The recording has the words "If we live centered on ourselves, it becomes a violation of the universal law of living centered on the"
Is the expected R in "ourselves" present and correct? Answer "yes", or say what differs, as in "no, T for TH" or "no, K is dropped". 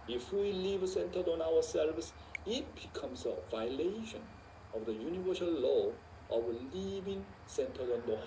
no, W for R